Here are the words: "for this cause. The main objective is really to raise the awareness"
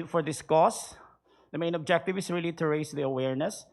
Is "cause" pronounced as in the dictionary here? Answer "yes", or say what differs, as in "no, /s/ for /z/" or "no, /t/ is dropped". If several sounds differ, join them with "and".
no, /s/ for /z/